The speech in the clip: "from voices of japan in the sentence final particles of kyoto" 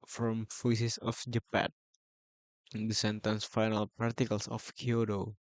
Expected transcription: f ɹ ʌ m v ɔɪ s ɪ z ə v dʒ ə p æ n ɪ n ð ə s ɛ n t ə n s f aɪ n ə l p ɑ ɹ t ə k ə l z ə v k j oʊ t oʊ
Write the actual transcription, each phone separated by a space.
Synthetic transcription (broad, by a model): f ɹ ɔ m f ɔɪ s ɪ s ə f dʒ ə p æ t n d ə s ɛ n t ə n s f aɪ n ə l p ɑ ɹ t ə k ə l s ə f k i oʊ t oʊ